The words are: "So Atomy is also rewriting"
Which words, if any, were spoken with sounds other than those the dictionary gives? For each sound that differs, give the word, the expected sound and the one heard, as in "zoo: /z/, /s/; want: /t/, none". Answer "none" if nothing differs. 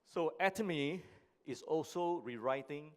is: /z/, /s/